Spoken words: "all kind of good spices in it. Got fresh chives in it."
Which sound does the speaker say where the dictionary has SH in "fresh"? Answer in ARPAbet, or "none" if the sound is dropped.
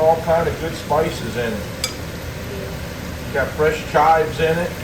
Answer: SH